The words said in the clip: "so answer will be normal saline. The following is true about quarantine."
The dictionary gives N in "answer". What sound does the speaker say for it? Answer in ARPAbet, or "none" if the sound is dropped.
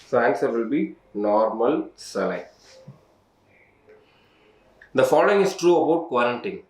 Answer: none